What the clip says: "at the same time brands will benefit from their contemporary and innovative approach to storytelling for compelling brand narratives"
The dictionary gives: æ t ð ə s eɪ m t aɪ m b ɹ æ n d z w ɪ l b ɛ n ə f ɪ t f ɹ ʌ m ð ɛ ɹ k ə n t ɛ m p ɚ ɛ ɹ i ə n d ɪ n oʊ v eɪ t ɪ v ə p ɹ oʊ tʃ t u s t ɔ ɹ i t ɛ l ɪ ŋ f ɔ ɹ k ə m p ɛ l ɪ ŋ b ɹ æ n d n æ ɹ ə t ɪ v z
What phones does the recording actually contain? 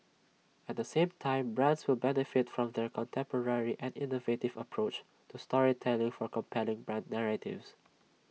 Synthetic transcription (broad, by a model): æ t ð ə s eɪ m t aɪ m b ɹ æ n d s w ɪ l b ɛ n ə f ɪ t f ɹ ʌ m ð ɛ ɹ k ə n t ɛ m p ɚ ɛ ɹ i ə n d ɪ n oʊ v eɪ t ɪ v ə p ɹ oʊ tʃ t u s t ɔ ɹ i t ɛ l ɪ ŋ f ɔ ɹ k ə m p ɛ l ɪ ŋ b ɹ æ n d n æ ɹ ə t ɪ v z